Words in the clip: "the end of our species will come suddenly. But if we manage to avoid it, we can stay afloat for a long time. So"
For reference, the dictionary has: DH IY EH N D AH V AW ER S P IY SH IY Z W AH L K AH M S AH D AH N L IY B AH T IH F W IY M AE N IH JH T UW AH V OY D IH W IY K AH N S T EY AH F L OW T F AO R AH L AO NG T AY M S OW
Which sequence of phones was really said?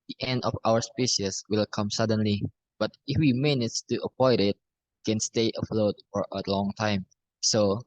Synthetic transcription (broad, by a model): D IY EH N D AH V AW ER S P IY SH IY S W AH L K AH M S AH D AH N L IY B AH T IH F W IY M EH N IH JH T UW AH P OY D IH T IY K AH N S T EY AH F L OW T F AO R AH L AO NG T AY M S OW